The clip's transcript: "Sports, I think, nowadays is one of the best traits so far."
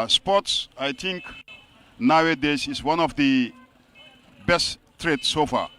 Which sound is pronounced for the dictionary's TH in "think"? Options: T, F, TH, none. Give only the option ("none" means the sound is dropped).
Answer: T